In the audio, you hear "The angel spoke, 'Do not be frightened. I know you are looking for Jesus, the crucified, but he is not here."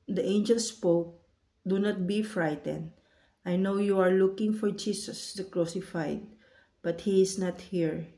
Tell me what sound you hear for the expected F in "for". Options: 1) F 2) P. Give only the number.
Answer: 1